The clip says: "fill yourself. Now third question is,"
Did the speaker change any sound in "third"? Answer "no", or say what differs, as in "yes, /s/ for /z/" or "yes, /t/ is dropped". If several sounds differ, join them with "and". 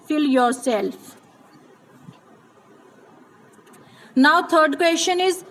yes, /t/ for /θ/